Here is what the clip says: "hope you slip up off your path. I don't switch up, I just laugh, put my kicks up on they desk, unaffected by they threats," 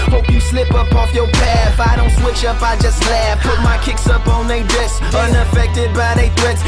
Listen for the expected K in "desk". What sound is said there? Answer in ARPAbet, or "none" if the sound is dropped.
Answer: none